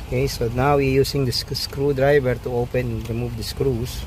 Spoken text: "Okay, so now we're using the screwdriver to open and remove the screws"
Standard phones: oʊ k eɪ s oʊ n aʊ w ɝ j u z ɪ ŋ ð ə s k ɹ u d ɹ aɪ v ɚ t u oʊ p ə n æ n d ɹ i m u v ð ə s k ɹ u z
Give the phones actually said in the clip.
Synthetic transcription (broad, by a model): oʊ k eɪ s oʊ n aʊ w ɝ j u s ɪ ŋ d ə s k ɹ u d ɹ aɪ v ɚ t u oʊ p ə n n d ɹ i m u v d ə s k ɹ u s